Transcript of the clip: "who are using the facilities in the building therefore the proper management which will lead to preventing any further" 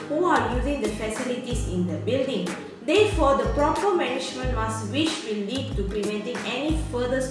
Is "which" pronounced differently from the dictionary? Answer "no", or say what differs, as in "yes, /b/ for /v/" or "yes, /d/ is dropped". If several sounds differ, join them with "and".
yes, /s/ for /tʃ/